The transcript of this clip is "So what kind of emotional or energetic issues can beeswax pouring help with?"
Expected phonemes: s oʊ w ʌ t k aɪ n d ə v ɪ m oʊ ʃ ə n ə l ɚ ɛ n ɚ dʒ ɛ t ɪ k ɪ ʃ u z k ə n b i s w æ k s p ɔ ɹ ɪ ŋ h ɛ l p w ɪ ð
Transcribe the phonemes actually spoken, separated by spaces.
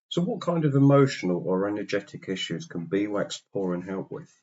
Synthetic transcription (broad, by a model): s oʊ w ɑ t k aɪ n d ə v ɪ m oʊ ʃ ə n ə l ɚ ɛ n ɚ dʒ ɛ t ɪ k ɪ ʃ u z k ə n b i w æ k s p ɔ ɹ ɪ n h ɛ l p w ɪ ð